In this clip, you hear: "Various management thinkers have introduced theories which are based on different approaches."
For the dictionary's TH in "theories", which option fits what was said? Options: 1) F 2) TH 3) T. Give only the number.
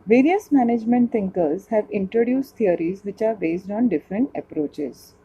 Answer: 3